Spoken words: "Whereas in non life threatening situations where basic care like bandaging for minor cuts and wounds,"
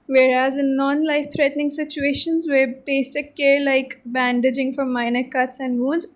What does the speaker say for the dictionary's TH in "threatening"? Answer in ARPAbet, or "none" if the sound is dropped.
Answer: T